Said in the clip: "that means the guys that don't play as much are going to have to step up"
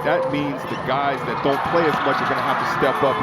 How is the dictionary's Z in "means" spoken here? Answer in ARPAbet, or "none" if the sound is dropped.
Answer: Z